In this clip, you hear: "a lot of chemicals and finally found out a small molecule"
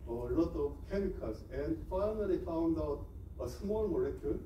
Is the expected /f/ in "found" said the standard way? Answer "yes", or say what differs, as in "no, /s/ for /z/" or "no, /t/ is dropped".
yes